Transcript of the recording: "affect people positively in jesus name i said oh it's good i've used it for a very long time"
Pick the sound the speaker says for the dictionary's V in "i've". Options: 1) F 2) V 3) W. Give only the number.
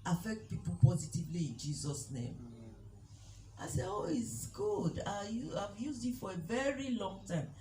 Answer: 2